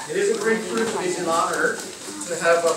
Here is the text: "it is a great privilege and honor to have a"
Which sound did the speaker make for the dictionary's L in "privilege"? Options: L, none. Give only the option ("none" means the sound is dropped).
none